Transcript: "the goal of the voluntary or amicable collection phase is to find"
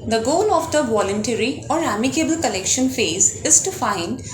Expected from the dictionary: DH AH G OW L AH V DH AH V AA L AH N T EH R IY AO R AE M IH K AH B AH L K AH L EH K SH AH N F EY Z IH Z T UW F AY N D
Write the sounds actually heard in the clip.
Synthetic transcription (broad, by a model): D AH G OW L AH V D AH V AA L AH N T EH R IY AO R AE M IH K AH B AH L K AH L EH K SH AH N F EY Z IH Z T UW F AY N D